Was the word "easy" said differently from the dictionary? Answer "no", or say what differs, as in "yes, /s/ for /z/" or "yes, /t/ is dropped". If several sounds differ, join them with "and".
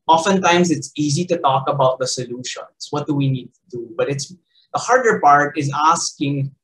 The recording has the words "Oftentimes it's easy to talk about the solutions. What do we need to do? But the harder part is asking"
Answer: no